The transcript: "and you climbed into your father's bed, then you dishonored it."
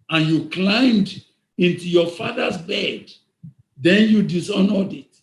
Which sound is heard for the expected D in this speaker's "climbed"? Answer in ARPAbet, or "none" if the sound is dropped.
D